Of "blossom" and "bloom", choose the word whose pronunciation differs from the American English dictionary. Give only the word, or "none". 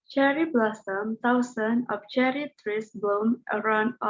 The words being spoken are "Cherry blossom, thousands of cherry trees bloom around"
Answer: bloom